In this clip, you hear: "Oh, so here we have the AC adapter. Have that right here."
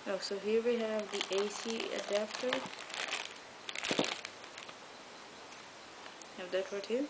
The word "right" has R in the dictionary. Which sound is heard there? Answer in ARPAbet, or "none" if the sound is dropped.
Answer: W